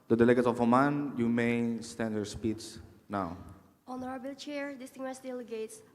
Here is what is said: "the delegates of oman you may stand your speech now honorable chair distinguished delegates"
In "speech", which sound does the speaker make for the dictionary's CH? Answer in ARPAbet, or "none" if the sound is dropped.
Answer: S